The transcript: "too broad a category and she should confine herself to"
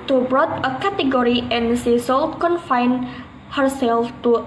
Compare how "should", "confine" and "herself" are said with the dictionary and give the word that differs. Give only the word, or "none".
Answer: should